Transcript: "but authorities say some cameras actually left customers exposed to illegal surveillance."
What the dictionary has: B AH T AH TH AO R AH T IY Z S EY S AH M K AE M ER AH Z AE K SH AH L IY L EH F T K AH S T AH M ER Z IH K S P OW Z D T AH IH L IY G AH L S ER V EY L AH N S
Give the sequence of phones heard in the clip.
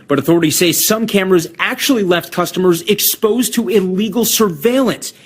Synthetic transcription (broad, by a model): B AH T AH TH AO R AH T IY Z S EY S AH M K AE M ER AH Z AE K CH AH L IY L EH F T K AH S T AH M ER Z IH K S P OW Z T AH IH L IY G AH L S ER V EY L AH N S